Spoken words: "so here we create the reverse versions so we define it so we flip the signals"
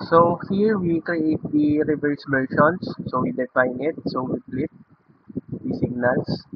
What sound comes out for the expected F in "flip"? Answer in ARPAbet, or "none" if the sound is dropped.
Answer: P